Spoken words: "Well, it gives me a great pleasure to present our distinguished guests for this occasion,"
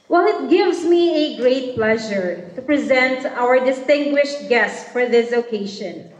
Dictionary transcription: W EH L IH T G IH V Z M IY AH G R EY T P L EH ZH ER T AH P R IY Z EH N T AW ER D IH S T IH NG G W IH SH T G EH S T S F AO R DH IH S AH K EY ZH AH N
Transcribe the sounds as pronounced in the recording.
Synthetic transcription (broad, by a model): W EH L IH T G IH V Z M IY AH G R EY T P L EH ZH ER T AH P R IY Z EH N T AW ER D IH S T IH NG G W IH SH T G EH S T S F AO R DH IH S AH K EY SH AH N